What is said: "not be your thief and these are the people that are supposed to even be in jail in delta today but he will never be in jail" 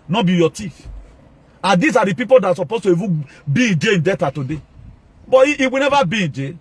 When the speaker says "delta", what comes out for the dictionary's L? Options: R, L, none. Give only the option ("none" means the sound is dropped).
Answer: none